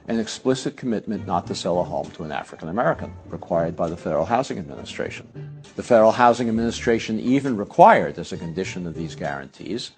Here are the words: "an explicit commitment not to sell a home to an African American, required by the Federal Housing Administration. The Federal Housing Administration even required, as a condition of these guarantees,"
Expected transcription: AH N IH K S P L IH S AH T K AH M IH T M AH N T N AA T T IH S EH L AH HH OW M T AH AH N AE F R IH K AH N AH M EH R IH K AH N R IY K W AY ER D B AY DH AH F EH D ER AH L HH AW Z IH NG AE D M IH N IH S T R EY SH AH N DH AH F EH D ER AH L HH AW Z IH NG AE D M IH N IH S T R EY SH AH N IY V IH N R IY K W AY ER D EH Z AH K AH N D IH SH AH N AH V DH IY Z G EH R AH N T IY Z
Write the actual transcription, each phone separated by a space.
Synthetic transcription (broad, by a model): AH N IH K S P L IH S AH T K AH M IH T M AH N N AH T T IH S EH L AH HH OW M T AH AH N AE F R IH K AH N AH M EH R IH K AH N R IY K W AY ER D B AY DH AH F EH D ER L HH AW Z IH NG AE D M IH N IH S T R EY SH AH N DH AH F EH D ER L HH AW Z IH NG AE D M IH N IH S T R EY SH AH N IY V IH N R IY K W AY ER D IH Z AH K AH N D IH SH AH N AH V DH IY Z G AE R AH N T IY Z